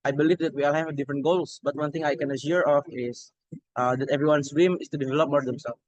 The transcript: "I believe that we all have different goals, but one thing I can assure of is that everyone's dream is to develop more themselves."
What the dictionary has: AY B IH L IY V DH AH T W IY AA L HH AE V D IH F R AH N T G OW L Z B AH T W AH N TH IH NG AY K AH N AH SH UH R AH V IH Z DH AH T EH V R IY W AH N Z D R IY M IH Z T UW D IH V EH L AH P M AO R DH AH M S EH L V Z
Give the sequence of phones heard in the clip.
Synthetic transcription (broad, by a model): AY B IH L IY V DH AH T W IY AA L HH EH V D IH F R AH N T G OW L S B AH T W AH N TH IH NG AY K AH N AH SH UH R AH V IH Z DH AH T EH V R IY W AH N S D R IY M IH S T UW D IH V EH L AH P M AO R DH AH M S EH L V